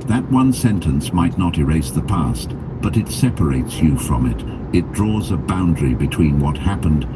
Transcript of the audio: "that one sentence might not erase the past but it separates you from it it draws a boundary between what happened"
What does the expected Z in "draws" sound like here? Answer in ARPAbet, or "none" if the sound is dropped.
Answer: Z